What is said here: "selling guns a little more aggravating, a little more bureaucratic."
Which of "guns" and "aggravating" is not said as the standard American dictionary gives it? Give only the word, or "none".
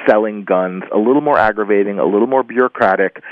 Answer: none